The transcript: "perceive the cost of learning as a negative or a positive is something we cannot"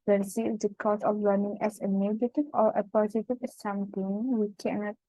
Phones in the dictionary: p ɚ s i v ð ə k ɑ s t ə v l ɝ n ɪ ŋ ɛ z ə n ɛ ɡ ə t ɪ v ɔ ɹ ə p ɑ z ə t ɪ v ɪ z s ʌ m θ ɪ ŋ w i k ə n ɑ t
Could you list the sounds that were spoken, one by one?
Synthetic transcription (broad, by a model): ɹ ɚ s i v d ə k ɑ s ə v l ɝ n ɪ ŋ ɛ s ə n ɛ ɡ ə t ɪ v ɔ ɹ ə p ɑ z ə t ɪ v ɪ s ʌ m t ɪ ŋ w i k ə n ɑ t